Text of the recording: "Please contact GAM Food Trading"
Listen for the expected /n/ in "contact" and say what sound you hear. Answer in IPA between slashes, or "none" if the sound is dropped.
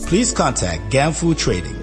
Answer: /n/